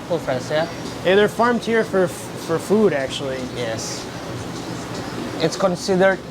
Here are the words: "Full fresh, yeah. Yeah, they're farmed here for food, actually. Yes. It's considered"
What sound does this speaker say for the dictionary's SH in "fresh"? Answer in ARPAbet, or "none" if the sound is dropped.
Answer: S